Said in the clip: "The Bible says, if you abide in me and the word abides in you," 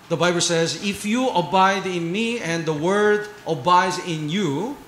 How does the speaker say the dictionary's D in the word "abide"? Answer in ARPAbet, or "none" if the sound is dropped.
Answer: D